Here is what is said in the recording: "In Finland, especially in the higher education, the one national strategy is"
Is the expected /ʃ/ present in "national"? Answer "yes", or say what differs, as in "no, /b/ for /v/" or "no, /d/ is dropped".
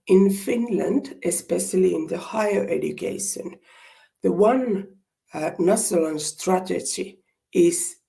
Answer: no, /s/ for /ʃ/